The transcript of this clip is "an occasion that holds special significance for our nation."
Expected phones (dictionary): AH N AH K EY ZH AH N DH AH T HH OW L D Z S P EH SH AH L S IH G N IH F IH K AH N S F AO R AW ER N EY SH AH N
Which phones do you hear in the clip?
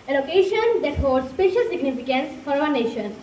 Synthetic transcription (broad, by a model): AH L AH K EY SH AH N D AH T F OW D S P EH SH AH L S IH G N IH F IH K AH N S F AO R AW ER N EY SH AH N